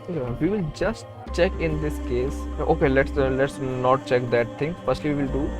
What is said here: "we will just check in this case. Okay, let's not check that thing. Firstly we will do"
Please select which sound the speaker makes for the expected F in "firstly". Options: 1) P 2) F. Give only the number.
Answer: 1